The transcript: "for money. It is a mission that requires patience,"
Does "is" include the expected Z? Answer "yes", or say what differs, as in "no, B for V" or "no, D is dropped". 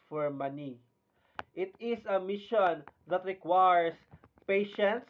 no, S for Z